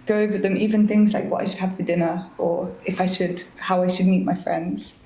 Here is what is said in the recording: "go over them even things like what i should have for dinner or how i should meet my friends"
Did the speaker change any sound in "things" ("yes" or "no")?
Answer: no